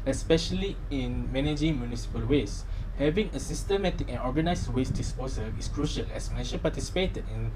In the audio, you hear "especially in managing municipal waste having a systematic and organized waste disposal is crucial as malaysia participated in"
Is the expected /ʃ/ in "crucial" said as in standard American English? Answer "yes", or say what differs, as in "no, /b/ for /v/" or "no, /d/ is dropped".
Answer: yes